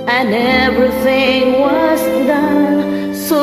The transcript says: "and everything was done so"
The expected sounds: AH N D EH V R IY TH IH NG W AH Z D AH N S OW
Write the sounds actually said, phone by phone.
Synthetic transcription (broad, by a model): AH N EH V R IY TH IH NG W AH Z D AH N S OW